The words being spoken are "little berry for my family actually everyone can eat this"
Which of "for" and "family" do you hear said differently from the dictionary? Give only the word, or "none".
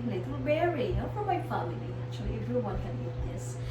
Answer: family